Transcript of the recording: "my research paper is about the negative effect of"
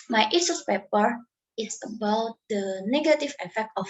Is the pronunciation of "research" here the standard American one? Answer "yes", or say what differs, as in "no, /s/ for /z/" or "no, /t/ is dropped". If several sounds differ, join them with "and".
no, /s/ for /tʃ/